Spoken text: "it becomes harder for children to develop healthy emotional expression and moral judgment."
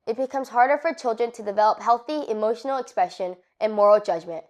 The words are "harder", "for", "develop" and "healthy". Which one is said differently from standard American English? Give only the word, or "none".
none